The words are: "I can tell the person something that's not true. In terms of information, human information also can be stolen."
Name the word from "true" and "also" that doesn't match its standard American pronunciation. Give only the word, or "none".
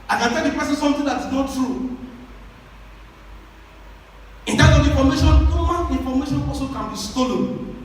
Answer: also